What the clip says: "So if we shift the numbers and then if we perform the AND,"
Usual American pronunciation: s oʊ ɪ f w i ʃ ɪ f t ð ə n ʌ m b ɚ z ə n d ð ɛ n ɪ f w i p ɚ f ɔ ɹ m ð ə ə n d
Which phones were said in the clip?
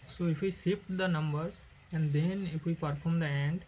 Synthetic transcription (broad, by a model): s oʊ ɪ f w i s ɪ p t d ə n ʌ m b ɚ z ə n d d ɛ n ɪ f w i p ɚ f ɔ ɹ m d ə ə n d